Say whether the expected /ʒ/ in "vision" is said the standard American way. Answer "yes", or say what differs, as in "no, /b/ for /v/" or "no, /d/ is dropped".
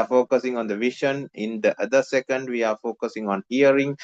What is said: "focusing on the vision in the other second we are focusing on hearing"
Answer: no, /ʃ/ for /ʒ/